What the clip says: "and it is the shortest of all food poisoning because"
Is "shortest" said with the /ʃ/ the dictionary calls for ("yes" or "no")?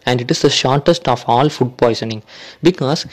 yes